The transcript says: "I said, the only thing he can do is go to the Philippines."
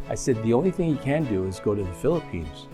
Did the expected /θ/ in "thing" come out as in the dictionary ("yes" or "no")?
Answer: yes